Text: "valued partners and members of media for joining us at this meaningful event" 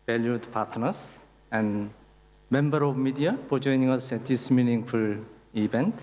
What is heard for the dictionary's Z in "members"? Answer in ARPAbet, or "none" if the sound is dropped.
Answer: none